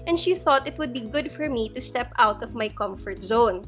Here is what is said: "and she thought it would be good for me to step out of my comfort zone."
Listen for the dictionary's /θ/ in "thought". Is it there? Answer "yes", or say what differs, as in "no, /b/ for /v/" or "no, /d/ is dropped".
yes